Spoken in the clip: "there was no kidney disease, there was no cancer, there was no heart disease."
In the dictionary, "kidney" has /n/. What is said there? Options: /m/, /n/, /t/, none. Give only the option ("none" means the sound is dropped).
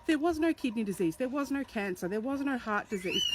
/n/